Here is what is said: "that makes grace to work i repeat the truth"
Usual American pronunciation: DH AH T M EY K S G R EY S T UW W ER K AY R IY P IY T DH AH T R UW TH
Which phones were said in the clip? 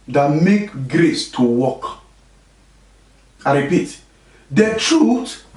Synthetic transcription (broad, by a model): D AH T M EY K G R EY S T UW W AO K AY R IY P IY T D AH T R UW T